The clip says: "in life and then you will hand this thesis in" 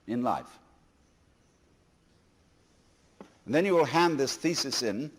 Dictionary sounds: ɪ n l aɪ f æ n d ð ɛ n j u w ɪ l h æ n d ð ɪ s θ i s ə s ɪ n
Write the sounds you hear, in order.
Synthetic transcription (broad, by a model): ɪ n l aɪ f n ð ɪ n j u w ɪ l h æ n ð ɪ s θ i s ə s ɪ n